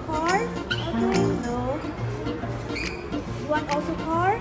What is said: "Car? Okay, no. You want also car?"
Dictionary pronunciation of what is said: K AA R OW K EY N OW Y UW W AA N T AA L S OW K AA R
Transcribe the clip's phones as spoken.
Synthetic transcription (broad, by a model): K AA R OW EY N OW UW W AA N AA L S OW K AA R